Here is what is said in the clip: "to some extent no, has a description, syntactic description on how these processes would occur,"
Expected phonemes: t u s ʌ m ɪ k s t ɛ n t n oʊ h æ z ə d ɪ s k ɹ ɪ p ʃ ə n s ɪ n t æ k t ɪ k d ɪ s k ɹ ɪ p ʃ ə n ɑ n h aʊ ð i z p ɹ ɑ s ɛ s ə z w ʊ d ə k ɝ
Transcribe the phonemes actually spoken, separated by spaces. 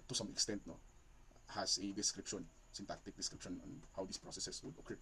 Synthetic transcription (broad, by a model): t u s ʌ m ɪ k s t ɛ n t n oʊ h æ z ə d ɪ s k ɹ ɪ p ʃ ə n s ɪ n t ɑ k t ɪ k d ɪ s k ɹ ɪ p ʃ ə n ɑ n h aʊ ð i s p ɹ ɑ s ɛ s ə s w ʊ d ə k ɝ